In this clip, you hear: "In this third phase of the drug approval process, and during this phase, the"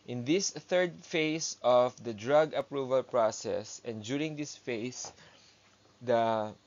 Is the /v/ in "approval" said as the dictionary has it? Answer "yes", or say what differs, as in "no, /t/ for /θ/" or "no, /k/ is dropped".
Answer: yes